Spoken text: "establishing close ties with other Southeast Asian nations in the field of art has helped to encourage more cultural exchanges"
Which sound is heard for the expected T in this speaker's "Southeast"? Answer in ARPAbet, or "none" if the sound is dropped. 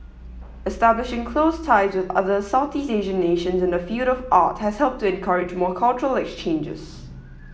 none